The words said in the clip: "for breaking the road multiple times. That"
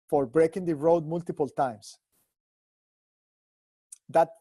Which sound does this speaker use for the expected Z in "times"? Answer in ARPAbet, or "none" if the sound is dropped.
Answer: S